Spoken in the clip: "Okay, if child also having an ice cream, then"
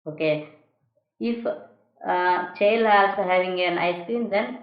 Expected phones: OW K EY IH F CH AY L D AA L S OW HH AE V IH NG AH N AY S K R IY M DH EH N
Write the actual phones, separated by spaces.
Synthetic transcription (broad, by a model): OW K EY IH F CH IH L AA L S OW HH AE V IH NG AH N AY S K R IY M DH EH N